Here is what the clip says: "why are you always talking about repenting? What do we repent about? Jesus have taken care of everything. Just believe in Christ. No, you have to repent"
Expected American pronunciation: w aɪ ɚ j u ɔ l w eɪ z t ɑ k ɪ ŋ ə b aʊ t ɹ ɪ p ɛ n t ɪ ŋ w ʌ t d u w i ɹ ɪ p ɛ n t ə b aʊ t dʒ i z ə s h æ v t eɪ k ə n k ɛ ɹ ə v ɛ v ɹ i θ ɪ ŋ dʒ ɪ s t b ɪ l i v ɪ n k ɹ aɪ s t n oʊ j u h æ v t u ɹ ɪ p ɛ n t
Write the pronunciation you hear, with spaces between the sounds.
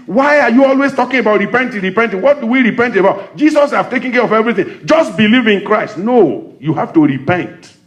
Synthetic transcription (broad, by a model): w aɪ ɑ j u ɔ l w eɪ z t ɑ k ɪ ŋ ə b aʊ t ɹ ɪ p ɛ n t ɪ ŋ w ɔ t d u w i ɹ ɪ p ɛ n t ə b aʊ t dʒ i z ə s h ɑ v t eɪ k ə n k ɛ ɹ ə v ɛ v ɹ i θ ɪ ŋ dʒ ɪ s t b ɪ l i v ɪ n k ɹ aɪ s t n oʊ j u h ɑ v t u ɹ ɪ p ɛ n t